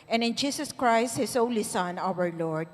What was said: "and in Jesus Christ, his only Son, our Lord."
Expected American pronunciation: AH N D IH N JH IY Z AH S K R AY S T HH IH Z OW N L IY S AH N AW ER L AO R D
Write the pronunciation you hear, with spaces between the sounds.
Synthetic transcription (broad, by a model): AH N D IH N JH IY S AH S K R AY S T HH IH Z OW N L IY S AH N AW ER L AO R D